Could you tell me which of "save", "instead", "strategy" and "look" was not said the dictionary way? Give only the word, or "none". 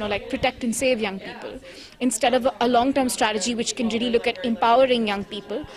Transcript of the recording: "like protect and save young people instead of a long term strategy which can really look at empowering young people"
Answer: none